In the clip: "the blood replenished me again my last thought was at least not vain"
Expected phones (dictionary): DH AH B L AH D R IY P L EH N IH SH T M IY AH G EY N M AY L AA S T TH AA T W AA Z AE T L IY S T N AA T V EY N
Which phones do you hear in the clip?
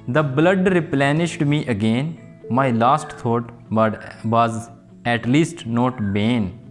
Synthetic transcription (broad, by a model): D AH B L AH D R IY P L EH N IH SH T M IY AH G EY N M AY L AA S T T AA T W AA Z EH T L IY S T N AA T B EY N